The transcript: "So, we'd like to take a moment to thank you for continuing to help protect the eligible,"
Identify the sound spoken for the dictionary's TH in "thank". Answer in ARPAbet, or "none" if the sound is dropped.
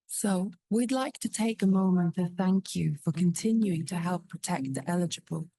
TH